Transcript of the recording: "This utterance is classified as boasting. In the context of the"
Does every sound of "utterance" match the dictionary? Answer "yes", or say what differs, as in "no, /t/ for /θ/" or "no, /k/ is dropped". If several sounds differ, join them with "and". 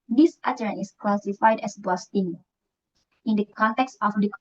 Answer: no, /s/ is dropped